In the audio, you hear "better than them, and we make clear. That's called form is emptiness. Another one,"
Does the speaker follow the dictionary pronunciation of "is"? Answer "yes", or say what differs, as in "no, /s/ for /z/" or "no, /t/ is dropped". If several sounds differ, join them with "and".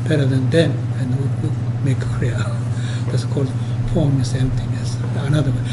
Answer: no, /s/ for /z/